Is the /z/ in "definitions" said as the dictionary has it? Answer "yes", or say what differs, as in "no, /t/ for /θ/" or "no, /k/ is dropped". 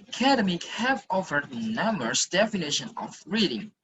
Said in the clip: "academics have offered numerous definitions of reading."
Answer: no, /z/ is dropped